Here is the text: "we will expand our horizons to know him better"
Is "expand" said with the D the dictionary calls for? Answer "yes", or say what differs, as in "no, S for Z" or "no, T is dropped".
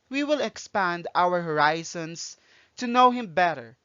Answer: yes